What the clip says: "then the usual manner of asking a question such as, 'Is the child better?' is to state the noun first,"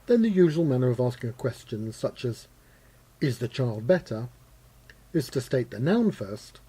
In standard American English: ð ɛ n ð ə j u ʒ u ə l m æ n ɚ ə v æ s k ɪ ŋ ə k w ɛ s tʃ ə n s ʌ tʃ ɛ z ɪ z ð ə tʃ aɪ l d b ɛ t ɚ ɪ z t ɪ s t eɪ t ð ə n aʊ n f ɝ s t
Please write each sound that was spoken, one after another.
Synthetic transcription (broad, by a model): ð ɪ n ð ə j u ʒ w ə l m æ n ɚ ə v æ s k ɪ ŋ ə k w ɛ s tʃ ə n s ʌ tʃ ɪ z ɪ z ð ə tʃ aɪ l d b ɛ t ɚ ɪ z t ɪ s t eɪ t ð ə n aʊ n f ɝ s t